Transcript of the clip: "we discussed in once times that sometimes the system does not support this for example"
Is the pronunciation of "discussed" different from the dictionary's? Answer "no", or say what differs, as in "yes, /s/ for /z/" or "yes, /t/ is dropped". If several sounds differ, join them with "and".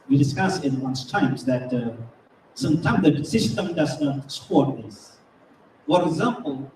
yes, /t/ is dropped